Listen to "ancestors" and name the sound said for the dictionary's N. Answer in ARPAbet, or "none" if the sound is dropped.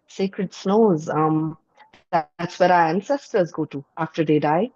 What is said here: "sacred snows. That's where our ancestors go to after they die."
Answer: N